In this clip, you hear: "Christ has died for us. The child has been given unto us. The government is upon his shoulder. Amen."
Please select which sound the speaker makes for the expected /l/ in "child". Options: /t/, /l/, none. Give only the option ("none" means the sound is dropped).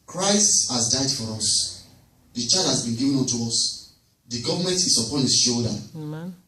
none